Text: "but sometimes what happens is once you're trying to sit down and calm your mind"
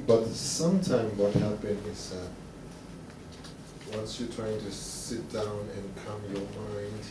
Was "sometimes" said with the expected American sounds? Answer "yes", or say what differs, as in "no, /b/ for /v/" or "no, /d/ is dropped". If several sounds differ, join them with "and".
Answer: no, /z/ is dropped